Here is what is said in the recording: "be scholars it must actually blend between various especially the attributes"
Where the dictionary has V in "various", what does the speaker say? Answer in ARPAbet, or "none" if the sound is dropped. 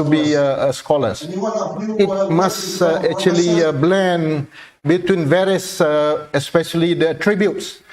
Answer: V